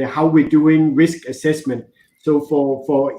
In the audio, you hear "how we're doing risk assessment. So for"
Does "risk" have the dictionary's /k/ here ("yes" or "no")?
yes